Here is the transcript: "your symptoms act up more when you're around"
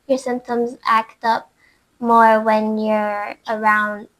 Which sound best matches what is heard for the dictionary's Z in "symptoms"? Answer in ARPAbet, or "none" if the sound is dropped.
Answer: Z